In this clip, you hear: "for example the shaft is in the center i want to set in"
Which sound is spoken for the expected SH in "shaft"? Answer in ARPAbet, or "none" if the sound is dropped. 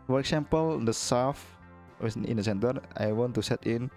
S